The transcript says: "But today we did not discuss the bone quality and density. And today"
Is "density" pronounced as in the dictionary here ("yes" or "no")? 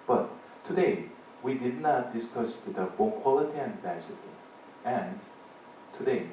no